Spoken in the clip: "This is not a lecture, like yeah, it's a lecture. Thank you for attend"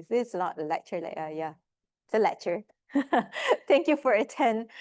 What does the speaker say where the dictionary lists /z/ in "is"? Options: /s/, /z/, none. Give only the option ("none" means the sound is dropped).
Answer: /s/